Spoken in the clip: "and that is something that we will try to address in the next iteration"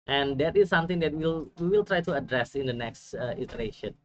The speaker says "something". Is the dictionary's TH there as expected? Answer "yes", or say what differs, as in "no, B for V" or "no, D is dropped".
no, T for TH